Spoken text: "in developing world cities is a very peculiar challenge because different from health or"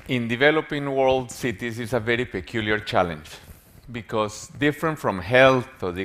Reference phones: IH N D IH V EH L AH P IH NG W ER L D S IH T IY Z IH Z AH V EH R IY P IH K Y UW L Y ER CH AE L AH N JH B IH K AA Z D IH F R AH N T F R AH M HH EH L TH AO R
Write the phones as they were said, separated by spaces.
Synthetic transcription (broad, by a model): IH N D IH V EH L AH P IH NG W ER L D S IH T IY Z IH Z AH V EH R IY P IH K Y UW L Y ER CH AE L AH N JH B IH K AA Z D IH F R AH N T F R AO M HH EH L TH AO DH